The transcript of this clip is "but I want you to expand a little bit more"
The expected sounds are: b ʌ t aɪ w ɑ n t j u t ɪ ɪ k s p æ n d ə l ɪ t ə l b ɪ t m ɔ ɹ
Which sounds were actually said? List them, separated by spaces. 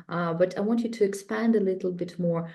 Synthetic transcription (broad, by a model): b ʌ t aɪ w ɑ n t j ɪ t ɪ ɪ k s p æ n d ə l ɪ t l b ɪ t m ɔ ɹ